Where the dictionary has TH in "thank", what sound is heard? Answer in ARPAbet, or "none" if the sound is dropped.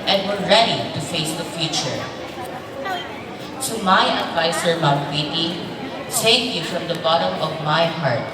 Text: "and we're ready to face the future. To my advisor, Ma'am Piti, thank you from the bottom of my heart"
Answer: S